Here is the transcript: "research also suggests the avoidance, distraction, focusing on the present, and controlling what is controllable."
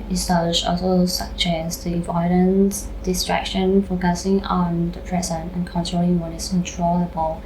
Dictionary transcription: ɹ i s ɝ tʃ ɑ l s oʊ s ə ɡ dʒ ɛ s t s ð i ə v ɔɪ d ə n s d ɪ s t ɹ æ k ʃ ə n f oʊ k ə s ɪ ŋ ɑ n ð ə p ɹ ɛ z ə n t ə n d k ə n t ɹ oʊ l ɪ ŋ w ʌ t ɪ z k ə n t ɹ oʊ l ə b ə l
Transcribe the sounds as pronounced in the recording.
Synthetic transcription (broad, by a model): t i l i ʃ ɑ l s oʊ s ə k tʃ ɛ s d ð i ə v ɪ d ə n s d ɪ s t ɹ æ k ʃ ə n f oʊ k ə s ɪ ŋ ɑ n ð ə p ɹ ɛ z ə n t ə n k ə n t ɹ oʊ l ɪ ŋ w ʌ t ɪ s k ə n t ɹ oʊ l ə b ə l